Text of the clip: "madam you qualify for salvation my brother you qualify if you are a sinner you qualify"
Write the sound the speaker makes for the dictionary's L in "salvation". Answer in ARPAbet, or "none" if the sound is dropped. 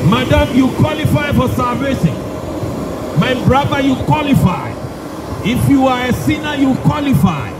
L